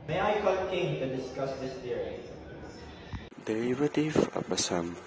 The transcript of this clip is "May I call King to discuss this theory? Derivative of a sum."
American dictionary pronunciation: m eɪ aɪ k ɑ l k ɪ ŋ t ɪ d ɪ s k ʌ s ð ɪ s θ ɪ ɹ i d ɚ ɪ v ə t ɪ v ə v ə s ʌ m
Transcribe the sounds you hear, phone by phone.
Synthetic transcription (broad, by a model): m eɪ aɪ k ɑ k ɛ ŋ t ɪ d ɪ s k ʌ s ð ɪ s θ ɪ ɹ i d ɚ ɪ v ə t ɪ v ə p ə s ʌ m